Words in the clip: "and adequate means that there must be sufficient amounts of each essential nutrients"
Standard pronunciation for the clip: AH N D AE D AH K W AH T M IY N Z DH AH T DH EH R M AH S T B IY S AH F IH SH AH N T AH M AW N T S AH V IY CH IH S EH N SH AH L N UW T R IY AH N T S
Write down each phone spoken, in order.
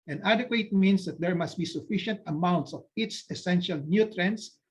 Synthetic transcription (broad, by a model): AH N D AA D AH K W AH T M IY N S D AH T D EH R M AH S T B IY S AH F IH SH AH N T AH M AW N T S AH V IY S IH S EH N SH AH L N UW T R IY N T S